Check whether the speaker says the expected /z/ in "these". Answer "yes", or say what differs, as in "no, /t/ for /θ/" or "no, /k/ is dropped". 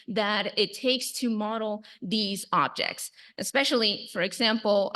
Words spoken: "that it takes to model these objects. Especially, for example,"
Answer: yes